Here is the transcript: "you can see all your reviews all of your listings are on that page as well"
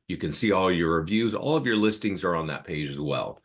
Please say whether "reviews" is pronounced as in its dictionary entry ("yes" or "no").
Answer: yes